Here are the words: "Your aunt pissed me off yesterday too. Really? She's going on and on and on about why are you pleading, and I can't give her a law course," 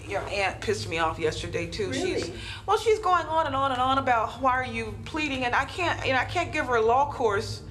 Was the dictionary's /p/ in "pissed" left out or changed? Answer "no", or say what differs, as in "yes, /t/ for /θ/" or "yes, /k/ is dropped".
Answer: no